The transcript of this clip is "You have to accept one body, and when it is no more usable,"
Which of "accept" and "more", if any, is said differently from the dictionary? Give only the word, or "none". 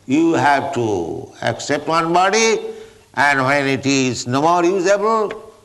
none